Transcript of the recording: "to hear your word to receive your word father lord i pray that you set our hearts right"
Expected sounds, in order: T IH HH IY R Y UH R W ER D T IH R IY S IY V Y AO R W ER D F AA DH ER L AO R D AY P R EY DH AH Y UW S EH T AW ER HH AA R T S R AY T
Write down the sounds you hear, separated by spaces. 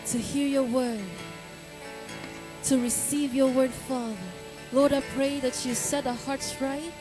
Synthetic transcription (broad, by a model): T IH HH IY R Y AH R W ER D T IH R IY S IY V Y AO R W ER D F AA DH ER L AO R D AY P R EY DH AH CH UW S EH T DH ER HH AA R T S R AY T